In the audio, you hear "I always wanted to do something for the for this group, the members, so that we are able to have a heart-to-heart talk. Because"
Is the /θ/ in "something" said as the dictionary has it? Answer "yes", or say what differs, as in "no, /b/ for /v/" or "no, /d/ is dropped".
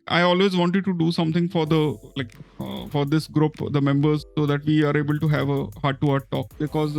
no, /t/ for /θ/